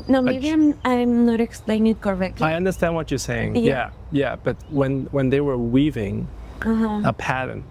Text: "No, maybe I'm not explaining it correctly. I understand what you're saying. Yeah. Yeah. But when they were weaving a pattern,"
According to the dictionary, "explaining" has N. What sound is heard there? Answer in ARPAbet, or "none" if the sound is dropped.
none